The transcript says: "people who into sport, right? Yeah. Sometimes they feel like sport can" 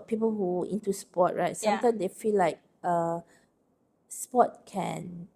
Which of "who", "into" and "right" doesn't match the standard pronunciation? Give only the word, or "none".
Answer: none